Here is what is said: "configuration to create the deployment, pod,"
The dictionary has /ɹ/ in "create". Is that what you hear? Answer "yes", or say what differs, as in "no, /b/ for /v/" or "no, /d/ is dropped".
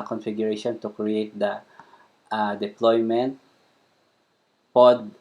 yes